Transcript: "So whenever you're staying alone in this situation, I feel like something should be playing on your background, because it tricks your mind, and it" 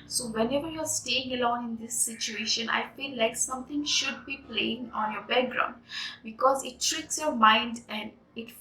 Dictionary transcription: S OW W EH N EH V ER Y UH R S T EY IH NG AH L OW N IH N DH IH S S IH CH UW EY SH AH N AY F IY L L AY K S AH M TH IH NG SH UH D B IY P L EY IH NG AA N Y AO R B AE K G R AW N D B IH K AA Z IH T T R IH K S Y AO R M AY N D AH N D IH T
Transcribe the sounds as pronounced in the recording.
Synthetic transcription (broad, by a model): S OW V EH N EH V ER Y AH R S T EY IH NG AH L OW N IH N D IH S S IH CH UW EY SH AH N AY F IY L L AY K S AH M T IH NG SH UH D B IY P L EY IH NG AA N Y AO R B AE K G R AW N D B IH K AA Z IH T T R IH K S Y AO R M AY N D AH N D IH T